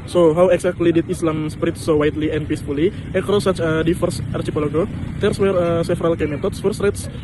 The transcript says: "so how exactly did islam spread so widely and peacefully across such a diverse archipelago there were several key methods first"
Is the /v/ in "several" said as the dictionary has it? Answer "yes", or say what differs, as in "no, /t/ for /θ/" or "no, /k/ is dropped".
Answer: no, /f/ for /v/